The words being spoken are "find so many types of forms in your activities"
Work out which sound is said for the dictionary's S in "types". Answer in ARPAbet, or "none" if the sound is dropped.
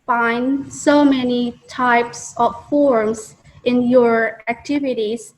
S